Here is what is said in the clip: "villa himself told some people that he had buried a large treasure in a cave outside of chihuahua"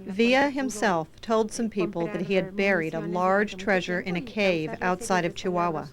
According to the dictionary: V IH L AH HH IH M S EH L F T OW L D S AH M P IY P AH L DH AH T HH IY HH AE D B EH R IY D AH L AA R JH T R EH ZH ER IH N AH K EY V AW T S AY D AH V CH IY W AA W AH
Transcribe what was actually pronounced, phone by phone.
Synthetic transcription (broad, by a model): V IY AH HH IH M S EH L F T OW L D S AH M P IY P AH L DH AH T HH IY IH D B EH R IY D AH L AA R JH T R EH ZH ER IH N AH K EY V AW T S AY D AH V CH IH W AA W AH